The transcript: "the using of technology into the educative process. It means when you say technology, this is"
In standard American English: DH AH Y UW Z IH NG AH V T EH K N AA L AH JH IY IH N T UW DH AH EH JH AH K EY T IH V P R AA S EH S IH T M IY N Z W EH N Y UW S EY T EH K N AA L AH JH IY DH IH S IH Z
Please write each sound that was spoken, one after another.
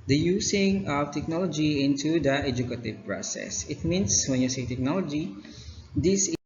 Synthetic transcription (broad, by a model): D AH Y UW S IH NG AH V T EH K N AA L AH JH IY IH N T UW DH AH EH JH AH K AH T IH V P R AA S EH S IH T M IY N S W EH N Y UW S EY T EH K N AA L AH JH IY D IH S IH